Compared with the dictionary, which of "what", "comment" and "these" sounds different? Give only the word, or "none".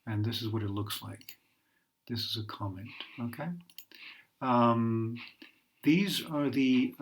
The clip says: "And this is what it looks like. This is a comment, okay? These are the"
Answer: none